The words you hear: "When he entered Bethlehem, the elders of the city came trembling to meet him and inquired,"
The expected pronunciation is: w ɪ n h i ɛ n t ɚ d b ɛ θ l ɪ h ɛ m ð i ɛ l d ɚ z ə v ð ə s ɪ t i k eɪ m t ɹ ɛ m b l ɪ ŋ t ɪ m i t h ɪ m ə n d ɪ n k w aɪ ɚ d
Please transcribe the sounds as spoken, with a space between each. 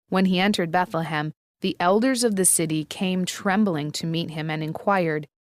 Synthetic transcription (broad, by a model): w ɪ n i ɛ n t ɚ d b ɛ θ l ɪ h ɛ m ð i ɛ l d ɚ z ə v ð ə s ɪ t i k eɪ m t ɹ ɛ m b l ɪ ŋ t ɪ m i t h ɪ m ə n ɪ n k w aɪ ɚ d